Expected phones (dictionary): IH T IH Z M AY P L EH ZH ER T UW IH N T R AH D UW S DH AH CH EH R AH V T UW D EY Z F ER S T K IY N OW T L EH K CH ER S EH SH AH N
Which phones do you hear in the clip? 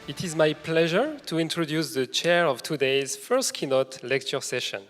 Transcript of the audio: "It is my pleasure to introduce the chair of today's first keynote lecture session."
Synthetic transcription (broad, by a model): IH T IH Z M AY P L EH ZH ER T UW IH N T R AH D UW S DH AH CH EH R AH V T UW D EY Z F ER S T K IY N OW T L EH K CH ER S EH SH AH N